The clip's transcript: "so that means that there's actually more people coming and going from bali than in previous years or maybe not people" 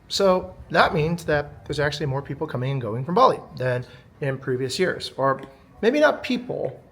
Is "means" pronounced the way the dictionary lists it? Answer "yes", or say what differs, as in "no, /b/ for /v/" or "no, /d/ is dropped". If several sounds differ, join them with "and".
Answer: yes